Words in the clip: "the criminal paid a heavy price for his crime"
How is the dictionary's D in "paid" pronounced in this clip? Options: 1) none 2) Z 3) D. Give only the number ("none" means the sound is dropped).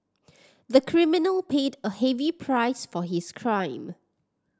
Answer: 3